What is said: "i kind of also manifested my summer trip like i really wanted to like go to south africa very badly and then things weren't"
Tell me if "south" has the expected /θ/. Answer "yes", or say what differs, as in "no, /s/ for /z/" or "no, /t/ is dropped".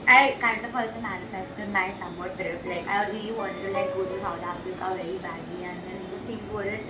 no, /t/ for /θ/